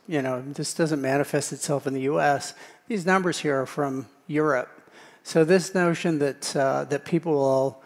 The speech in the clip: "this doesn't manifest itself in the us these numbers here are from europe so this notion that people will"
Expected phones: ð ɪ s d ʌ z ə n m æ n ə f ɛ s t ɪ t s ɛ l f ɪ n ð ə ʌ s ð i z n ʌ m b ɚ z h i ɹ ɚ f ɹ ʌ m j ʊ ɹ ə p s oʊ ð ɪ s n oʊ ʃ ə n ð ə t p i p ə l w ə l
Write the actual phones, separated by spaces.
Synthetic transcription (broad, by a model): ð ɪ s d ʌ z ə n m æ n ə f ɛ s t ɪ t s ɛ l f ɪ n ð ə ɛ s ð i z n ʌ m b ɚ z h i ɹ ɚ f ɹ ʌ m j ʊ ɹ ə p s oʊ ð ɪ s n oʊ ʃ ə n ð ə t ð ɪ p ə l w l